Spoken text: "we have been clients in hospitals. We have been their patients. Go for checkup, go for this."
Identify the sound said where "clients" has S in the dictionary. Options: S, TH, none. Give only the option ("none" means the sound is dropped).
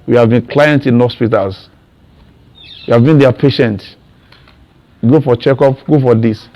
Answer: none